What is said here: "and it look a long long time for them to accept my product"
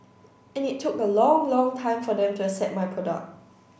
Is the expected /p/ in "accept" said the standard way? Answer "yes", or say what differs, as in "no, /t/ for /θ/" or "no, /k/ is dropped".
no, /p/ is dropped